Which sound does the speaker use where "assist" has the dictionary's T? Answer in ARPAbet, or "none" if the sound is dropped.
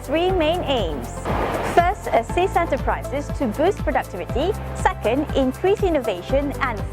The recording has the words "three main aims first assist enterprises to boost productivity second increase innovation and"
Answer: none